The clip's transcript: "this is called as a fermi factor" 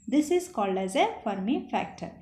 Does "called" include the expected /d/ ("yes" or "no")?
yes